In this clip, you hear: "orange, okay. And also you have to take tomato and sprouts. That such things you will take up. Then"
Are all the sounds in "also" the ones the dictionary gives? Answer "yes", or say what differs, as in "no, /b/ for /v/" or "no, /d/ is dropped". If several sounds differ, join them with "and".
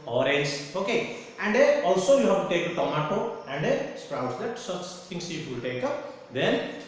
yes